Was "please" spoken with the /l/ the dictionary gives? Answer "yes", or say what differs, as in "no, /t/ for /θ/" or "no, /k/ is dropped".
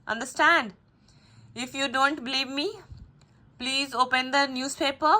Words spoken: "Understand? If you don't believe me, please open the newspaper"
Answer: yes